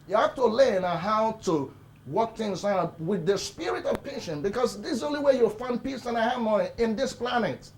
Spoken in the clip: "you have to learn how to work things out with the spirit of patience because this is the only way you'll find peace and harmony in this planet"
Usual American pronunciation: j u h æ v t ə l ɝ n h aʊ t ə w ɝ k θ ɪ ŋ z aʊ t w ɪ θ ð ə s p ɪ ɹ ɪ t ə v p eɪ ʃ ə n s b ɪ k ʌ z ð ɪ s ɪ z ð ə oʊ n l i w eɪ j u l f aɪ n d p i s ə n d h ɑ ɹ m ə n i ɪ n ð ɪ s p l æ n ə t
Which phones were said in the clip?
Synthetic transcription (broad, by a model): j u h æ f t ə l ɝ n h aʊ t ə w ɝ k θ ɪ ŋ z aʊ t w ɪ ð ə s p ɪ ɹ ɪ t ə v p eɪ ʃ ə n b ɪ k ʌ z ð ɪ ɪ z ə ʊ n l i w eɪ j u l f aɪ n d p i s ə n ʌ h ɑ m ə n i ɪ n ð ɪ s p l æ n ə t